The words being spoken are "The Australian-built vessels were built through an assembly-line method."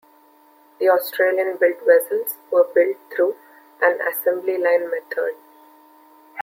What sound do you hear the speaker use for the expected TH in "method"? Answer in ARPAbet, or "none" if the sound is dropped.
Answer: T